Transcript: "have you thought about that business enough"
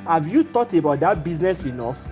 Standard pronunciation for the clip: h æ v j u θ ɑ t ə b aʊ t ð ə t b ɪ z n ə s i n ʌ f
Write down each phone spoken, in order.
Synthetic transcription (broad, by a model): h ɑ v j u t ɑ t ə b aʊ t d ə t b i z n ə s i n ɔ f